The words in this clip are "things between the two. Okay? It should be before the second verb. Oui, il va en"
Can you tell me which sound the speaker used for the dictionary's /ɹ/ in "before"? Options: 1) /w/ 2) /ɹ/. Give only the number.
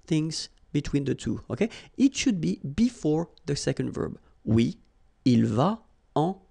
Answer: 2